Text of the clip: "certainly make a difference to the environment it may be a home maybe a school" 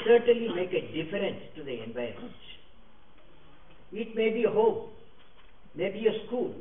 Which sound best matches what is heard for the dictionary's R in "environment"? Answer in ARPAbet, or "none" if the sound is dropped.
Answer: none